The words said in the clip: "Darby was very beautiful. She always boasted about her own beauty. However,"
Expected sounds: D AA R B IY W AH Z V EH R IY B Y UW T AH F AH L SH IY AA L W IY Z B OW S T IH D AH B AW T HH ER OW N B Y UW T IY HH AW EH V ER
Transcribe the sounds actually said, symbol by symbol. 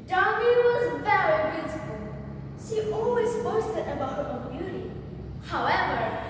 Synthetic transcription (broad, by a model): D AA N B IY W AH Z V EH R IY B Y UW S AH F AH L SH IY AA L W IY Z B OW S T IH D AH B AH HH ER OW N B Y UW T IY HH AW EH V ER